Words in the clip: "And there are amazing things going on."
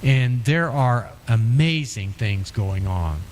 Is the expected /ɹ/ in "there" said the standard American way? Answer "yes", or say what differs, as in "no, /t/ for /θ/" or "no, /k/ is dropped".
yes